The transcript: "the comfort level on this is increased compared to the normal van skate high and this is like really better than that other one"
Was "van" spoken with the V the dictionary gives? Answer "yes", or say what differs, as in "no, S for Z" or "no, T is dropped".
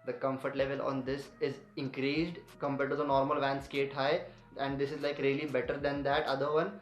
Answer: yes